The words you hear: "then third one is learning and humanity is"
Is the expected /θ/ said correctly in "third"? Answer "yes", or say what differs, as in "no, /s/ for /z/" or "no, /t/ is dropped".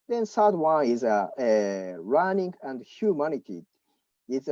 no, /s/ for /θ/